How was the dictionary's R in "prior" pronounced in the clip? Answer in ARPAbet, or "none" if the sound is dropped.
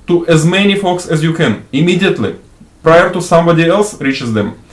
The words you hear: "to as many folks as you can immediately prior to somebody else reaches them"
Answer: R